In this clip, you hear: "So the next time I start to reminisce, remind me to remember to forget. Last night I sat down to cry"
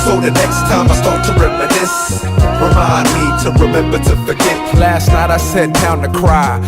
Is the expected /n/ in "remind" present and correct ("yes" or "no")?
no